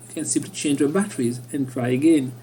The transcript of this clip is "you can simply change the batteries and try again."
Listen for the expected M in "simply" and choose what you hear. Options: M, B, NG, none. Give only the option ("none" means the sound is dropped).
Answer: none